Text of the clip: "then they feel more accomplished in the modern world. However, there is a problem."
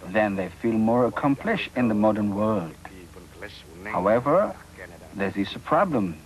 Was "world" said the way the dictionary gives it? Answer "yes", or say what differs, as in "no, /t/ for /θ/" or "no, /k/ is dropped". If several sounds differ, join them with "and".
yes